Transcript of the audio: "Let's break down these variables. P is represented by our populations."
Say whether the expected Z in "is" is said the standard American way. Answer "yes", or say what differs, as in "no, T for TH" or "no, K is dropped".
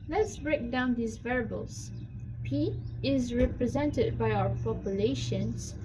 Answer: yes